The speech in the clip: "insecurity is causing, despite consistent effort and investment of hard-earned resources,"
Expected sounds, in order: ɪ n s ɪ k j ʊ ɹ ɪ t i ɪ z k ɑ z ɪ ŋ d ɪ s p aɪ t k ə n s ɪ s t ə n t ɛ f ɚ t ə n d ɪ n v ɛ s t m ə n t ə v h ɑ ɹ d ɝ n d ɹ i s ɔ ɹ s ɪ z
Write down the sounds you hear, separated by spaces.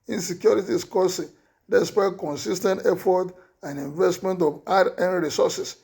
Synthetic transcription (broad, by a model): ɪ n s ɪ k j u ɹ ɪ t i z k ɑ s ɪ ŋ d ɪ s p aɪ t k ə n s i s t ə n t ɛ f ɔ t ə n d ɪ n v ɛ s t m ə n t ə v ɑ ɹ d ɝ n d ɹ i s ɔ s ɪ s